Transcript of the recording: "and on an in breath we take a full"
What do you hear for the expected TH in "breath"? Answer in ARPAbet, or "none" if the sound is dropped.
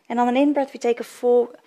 T